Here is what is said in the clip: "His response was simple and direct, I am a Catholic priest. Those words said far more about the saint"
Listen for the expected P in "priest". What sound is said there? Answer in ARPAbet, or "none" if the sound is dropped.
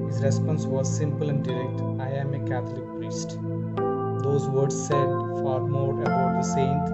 P